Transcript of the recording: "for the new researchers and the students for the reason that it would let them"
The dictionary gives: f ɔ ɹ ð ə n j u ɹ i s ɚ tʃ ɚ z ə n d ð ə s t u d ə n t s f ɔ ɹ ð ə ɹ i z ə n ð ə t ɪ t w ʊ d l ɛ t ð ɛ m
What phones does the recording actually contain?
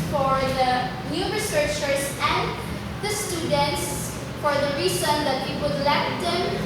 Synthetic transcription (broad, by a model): f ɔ ɹ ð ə n j u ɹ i s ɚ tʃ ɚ s ə n d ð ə s t u d ə n t s f ɔ ɹ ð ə ɹ i s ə n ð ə t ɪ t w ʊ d l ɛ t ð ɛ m